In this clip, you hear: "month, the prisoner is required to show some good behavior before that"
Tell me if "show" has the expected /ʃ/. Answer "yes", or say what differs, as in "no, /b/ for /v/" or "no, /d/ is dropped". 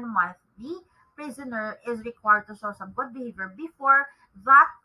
no, /s/ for /ʃ/